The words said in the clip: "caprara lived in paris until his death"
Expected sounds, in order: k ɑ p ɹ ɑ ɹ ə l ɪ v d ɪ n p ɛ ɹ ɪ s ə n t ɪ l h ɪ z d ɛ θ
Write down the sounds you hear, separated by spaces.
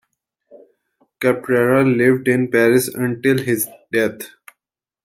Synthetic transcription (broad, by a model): k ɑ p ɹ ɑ ɹ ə l ɪ v d ɪ n p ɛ ɹ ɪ s ə n t ɪ l h ɪ z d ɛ t